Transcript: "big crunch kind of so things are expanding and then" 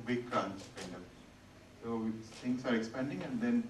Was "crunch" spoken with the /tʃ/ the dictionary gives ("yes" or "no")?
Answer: no